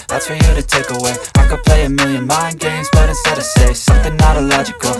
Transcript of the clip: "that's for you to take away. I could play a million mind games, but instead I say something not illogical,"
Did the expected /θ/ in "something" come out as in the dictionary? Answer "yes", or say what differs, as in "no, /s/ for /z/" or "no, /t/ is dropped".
yes